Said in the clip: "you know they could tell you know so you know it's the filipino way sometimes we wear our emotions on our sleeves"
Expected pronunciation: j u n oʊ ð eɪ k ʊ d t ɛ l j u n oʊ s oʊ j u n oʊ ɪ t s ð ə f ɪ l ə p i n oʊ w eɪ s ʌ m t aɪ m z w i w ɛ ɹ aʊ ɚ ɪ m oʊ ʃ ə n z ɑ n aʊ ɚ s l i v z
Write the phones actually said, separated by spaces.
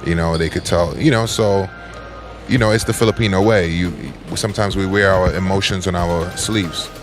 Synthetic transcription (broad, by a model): j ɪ n oʊ ð eɪ k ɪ d t ɛ l j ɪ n oʊ s oʊ j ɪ n oʊ ɪ t s ð ə f ɪ l ə p i n oʊ w eɪ s ʌ m t aɪ m z w i w ɛ ɹ aʊ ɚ ɪ m oʊ ʃ ə n z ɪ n aʊ ɚ s l i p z